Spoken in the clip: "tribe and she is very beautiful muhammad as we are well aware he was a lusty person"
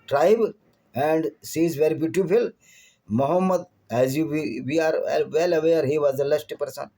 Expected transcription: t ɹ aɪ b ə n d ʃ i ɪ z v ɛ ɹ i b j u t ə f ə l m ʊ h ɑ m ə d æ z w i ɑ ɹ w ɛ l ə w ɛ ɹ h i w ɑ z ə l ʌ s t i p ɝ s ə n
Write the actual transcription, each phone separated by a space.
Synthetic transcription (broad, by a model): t ɹ aɪ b ə n d s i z v ɛ ɹ i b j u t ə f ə l m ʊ h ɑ m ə d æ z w i ɑ ɹ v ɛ l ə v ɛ ɹ h i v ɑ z ə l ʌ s t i p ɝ s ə n